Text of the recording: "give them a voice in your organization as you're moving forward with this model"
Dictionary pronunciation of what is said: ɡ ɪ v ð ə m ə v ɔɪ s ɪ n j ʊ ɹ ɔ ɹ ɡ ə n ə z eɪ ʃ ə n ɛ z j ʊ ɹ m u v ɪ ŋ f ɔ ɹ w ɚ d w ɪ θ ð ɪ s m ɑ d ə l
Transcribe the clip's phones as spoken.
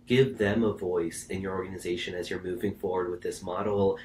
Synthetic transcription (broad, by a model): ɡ ɪ v ð ə m ə v ɔɪ s ɪ n j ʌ ɹ ɔ ɹ ɡ ə n ə z eɪ ʃ ə n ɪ z j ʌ ɹ m u v ɪ ŋ f ɔ ɹ w ɚ d w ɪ ð ɪ s m ɑ d l